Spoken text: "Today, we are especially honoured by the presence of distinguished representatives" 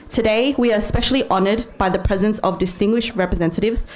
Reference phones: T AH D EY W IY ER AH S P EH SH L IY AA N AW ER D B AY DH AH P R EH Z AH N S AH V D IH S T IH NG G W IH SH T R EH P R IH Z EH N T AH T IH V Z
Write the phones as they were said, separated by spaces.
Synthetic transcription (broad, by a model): T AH D EY W IY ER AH S P EH SH L IY AA N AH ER D B AY DH AH P R EH Z AH N S AH V D IH S T IH NG G W IH SH T R EH P R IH Z EH N T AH T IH V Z